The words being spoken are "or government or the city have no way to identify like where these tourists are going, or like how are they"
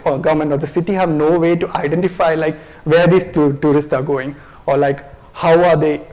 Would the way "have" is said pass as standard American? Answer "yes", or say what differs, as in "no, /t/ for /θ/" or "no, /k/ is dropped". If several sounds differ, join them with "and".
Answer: yes